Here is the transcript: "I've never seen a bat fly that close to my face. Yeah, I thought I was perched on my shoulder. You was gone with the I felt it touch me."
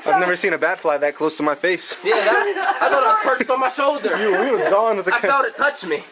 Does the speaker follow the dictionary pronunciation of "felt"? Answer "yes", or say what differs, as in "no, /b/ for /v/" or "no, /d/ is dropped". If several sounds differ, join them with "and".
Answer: no, /l/ is dropped